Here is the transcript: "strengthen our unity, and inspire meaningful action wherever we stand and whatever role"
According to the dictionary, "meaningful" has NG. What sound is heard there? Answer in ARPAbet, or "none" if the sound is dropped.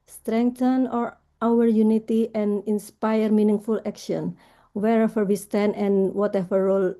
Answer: NG